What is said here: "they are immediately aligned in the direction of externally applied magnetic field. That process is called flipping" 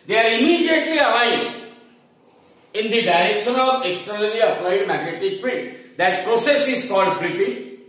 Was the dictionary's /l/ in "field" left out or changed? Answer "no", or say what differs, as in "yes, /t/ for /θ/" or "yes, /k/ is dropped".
yes, /l/ is dropped